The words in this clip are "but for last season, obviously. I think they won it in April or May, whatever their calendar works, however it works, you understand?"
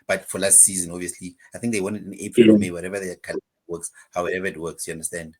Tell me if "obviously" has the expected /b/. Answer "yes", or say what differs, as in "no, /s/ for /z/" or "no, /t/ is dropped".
no, /b/ is dropped